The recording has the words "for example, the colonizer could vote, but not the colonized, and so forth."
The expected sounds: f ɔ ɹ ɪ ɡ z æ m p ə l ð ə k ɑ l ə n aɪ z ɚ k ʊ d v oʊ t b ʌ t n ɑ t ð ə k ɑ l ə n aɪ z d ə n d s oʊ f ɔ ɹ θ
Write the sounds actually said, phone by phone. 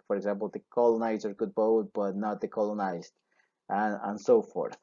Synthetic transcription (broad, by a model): f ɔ ɹ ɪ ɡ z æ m p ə l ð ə k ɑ l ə n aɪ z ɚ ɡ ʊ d b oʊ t b ʌ t n ɑ t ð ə k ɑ l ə n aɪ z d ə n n s oʊ f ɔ ɹ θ